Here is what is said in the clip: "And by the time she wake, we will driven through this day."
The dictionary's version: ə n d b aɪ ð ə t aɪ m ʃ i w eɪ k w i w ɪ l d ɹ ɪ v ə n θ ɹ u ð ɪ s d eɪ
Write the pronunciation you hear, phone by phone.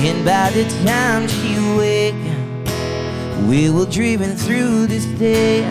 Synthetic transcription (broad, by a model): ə n b aɪ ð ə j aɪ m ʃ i w eɪ k w i w ɪ l d ɹ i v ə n θ ɹ u ð ɪ s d eɪ